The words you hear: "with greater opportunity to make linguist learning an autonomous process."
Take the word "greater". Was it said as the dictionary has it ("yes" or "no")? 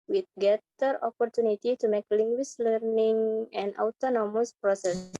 no